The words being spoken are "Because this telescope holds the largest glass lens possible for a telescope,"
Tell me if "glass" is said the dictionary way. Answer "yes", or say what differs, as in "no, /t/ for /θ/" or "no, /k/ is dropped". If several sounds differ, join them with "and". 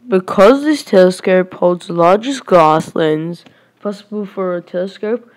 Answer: no, /l/ is dropped